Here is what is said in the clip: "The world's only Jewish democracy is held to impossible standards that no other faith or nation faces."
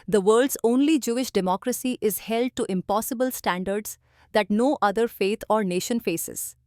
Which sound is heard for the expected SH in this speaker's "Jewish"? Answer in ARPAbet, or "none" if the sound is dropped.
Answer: SH